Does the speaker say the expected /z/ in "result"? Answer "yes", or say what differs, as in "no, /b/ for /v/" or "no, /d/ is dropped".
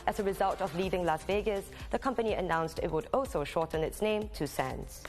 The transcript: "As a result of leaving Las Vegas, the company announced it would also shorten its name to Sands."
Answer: yes